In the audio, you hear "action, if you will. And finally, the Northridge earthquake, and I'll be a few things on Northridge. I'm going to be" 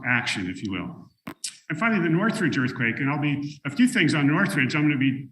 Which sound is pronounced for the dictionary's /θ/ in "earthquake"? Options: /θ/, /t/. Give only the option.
/θ/